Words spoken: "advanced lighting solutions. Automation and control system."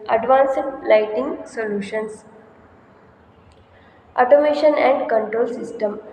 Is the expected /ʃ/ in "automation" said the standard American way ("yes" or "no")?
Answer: yes